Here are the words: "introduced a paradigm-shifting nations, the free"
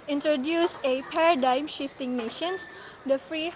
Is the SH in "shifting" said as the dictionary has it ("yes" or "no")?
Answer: yes